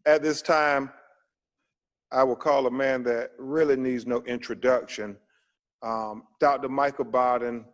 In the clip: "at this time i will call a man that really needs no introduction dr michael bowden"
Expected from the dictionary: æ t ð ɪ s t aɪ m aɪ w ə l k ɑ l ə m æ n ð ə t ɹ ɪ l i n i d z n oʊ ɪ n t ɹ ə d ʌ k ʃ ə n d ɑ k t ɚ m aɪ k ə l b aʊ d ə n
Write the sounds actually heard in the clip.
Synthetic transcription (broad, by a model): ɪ t ð ɪ s t aɪ m aɪ w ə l k ɑ l ə m æ n ð ə t ɹ ɪ l i n i d z n oʊ ɪ n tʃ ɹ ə d ʌ k ʃ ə n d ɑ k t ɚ m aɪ k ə b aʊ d n